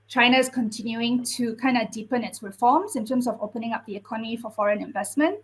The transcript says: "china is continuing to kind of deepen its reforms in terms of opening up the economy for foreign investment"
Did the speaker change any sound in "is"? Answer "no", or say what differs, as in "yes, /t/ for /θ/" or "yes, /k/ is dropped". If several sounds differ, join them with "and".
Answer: yes, /s/ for /z/